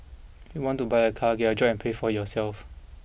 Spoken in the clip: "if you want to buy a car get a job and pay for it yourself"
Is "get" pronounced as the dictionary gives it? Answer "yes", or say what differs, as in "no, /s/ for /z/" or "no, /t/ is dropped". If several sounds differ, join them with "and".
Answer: no, /t/ is dropped